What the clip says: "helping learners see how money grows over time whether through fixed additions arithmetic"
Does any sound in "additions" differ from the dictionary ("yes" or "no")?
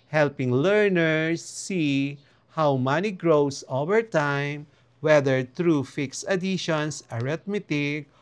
yes